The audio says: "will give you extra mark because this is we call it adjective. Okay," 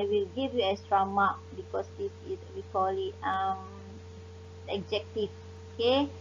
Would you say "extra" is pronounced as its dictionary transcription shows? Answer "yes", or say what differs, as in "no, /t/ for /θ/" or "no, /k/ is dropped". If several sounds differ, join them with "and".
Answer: no, /k/ is dropped